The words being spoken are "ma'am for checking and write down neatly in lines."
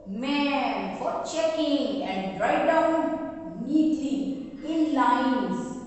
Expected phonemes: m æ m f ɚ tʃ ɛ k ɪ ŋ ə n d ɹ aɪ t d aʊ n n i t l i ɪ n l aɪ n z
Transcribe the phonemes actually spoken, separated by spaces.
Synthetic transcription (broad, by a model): m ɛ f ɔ tʃ ɛ k ɪ ŋ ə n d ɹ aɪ d aʊ n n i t i ɪ n l aɪ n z